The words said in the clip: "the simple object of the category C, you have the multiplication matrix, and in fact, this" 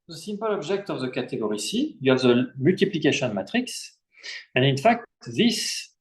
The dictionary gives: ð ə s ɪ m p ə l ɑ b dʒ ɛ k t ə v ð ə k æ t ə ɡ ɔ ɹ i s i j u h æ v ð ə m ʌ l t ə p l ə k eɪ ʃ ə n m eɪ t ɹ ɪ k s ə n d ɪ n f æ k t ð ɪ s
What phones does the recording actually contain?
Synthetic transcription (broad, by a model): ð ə s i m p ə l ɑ b ʒ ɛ k t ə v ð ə k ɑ t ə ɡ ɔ ɹ i s i j u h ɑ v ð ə m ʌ l t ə p l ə k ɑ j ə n m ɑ t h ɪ k s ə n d ɪ n f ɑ k t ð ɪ s